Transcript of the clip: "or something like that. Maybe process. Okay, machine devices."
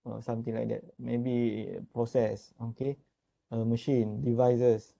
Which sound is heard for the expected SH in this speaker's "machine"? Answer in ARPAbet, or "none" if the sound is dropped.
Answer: SH